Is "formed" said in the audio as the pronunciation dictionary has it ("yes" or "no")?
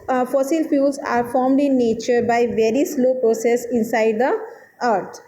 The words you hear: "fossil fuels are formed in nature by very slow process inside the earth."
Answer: yes